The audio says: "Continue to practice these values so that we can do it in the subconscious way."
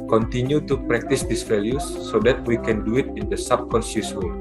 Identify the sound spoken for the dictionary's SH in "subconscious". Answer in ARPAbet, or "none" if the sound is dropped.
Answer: S